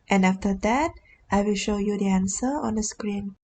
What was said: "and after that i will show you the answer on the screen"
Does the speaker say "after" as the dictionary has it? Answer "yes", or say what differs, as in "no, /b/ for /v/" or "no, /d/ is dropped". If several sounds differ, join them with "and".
yes